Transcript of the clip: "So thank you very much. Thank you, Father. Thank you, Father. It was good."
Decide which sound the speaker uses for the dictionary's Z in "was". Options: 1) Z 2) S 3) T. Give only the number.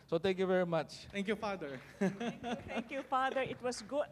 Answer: 2